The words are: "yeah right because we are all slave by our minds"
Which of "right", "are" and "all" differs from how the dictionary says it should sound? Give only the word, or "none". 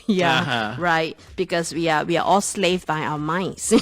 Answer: are